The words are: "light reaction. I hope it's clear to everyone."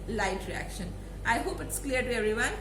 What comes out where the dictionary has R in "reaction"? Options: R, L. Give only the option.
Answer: R